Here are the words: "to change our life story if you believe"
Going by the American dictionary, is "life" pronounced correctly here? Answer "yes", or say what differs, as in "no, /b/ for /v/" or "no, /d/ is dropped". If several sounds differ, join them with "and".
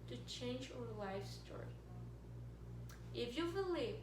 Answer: yes